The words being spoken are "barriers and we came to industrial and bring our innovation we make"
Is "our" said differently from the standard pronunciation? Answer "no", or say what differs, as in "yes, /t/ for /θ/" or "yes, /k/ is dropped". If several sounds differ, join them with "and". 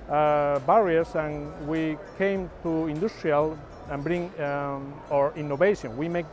no